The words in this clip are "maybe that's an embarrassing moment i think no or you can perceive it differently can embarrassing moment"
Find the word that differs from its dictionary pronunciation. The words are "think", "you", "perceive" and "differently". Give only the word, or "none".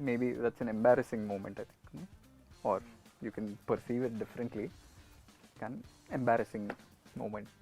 think